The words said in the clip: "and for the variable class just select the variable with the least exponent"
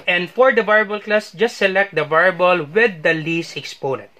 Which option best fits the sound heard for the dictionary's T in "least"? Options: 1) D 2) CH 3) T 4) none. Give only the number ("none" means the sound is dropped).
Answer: 4